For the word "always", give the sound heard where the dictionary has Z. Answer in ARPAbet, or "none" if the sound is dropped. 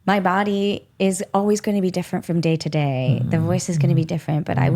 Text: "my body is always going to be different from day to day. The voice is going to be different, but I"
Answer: Z